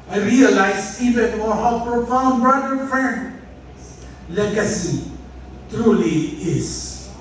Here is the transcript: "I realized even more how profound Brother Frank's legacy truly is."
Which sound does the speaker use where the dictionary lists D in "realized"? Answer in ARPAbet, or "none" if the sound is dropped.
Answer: none